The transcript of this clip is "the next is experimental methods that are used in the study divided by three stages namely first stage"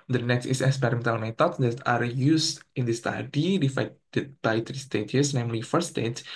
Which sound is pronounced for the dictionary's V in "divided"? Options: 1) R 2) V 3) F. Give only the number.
3